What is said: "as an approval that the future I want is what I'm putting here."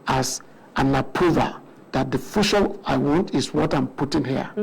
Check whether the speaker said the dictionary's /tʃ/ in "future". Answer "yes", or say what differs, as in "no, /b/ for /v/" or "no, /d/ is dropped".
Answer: no, /ʃ/ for /tʃ/